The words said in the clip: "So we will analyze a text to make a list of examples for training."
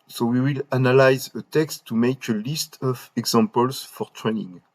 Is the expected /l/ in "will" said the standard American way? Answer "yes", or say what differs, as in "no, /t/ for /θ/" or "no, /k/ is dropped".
yes